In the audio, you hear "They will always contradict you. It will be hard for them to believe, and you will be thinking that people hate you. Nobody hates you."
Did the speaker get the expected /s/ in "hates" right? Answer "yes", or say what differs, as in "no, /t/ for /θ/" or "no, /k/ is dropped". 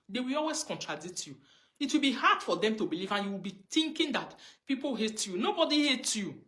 no, /s/ is dropped